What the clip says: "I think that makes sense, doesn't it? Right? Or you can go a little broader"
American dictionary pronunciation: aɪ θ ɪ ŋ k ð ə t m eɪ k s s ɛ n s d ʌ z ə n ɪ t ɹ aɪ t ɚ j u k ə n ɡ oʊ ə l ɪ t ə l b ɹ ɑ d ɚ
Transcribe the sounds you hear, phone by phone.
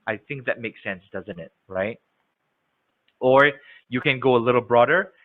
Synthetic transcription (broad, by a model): aɪ θ ɪ ŋ k ð ə t m eɪ k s s ɛ n s d ʌ z ə n ɪ t ɹ aɪ t ɚ j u k ə n ɡ oʊ ə l ɪ t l b ɹ ɑ d ɚ